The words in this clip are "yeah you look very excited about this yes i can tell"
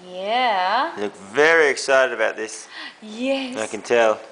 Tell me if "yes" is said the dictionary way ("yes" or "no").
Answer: no